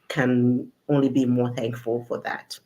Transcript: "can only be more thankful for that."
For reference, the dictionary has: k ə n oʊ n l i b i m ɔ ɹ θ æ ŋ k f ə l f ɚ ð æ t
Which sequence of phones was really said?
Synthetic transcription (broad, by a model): k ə n oʊ n l i b i m ɔ ɹ θ æ ŋ k f ə l f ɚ ð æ t